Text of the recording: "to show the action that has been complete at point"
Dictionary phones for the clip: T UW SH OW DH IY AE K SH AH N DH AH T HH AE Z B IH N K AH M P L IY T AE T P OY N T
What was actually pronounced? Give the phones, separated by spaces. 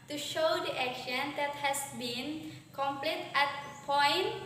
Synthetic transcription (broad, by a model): T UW SH OW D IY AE K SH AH N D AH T HH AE S B IH N K AH M P L IY T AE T P OY N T